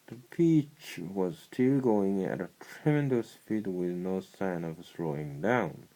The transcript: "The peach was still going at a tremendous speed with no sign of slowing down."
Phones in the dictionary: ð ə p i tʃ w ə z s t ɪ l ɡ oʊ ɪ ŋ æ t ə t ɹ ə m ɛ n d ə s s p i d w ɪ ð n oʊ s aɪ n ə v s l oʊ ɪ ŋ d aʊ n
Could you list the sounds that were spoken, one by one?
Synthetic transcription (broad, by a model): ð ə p i tʃ w ə z s t ɪ l ɡ oʊ ɪ ŋ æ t ə t ɹ ə m ɛ n d ə s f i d w ɪ ð n oʊ s aɪ n ə v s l oʊ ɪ ŋ d aʊ n